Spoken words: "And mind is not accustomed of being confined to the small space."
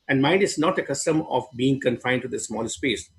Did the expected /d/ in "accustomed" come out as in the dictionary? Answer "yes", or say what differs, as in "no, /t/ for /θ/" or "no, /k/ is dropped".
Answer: no, /d/ is dropped